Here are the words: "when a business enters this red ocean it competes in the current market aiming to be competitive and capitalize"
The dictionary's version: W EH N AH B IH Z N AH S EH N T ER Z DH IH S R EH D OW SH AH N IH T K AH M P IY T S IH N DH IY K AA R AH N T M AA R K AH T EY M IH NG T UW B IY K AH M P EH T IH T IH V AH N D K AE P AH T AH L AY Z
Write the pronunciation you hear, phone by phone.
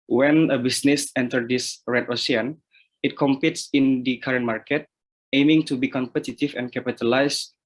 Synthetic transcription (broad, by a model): W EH N AH B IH S N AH S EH N T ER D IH S R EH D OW S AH N IH T K AH M P IY T S IH N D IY K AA R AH N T M AA R K AH T EY M IH NG T UW B IY K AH M P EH T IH T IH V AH N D K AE P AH T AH L AY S